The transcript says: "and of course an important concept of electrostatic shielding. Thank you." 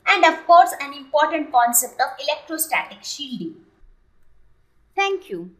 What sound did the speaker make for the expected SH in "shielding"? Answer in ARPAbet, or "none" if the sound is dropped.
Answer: SH